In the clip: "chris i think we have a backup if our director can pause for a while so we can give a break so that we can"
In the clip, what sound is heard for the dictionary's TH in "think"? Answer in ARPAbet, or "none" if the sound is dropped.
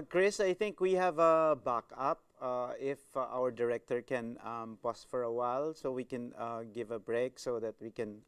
T